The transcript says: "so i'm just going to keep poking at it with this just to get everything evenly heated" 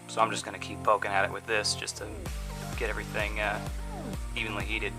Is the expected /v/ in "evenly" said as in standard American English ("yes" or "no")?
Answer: yes